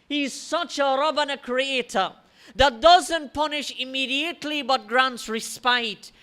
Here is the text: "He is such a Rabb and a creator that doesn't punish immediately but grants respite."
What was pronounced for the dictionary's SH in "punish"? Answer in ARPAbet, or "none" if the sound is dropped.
SH